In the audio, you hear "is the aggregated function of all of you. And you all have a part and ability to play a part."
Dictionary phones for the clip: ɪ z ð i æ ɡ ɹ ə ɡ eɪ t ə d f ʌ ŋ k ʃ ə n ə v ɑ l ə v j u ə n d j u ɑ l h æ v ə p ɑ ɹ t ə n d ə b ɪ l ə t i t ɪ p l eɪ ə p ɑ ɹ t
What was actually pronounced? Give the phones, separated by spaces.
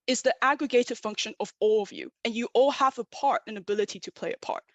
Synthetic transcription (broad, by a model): ɪ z ð i æ ɡ ɹ ə ɡ eɪ t ə d f ʌ ŋ k ʃ ə n ə v ɑ l ə v j u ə n j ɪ ɑ l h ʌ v ə p ɑ ɹ t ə n ə b ɪ l ə t i t ɪ p l eɪ ə p ɑ ɹ t